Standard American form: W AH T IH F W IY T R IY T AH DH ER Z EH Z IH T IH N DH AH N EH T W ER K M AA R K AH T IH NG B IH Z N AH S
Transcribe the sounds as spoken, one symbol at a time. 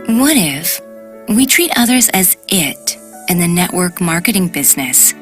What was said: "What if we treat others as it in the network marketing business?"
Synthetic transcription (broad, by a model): W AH T IH F W IY T R IY T AH DH ER Z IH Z IH T IH N DH AH N EH T W ER K M AA R K AH T IH NG B IH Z N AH S